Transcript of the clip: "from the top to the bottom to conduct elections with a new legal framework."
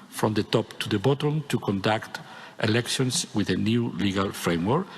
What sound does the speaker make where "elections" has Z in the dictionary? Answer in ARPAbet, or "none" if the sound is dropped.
S